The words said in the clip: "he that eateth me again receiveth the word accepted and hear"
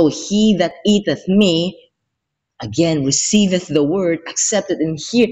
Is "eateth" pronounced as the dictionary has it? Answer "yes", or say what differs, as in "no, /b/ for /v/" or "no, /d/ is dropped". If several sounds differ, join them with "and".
yes